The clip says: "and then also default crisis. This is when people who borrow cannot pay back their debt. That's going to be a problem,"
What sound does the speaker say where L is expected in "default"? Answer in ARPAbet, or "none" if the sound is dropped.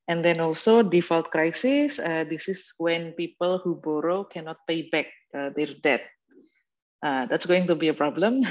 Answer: L